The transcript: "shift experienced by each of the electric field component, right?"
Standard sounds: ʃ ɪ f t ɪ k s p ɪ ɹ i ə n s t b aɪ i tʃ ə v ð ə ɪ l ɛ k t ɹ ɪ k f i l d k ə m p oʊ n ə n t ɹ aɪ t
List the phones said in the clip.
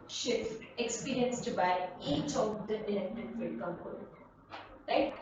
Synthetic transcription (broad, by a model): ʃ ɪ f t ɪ k s p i ɹ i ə n s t b aɪ i tʃ ə v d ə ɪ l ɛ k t ɪ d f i d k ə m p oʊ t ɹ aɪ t